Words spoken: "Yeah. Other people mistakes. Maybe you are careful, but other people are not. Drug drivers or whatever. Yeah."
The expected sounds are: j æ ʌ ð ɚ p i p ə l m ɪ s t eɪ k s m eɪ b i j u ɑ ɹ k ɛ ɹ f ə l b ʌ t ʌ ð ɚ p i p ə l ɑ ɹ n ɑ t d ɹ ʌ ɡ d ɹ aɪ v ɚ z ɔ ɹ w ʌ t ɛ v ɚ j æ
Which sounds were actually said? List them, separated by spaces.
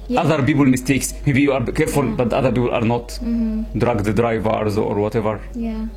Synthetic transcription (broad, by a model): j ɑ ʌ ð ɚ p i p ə l m ɪ s t eɪ k s m eɪ b i j u ɑ ɹ k ɛ ɹ f ə l b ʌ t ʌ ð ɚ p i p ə l ɑ ɹ n ɑ t d ɹ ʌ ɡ d ɹ aɪ v ɚ z ɔ ɹ w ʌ t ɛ v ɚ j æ